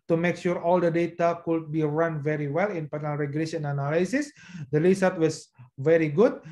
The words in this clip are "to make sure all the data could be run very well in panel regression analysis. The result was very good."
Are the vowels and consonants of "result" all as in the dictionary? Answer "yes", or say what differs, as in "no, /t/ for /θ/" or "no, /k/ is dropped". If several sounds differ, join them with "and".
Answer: no, /l/ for /ɹ/ and /s/ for /z/ and /l/ is dropped